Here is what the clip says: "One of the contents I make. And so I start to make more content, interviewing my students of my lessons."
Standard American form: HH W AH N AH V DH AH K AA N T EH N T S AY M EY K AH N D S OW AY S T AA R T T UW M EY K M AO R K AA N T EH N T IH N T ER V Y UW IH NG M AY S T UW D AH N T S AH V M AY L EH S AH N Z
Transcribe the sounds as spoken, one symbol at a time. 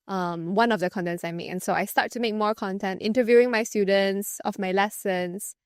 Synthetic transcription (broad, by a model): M W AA N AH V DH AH K AA N T EH N T S AY M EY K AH N S OW AY S T AA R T T UW M EY K M AO R K AA N T EH N T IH N T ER V Y UW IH NG M AY S T UW D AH N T S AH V M AY L EH S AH N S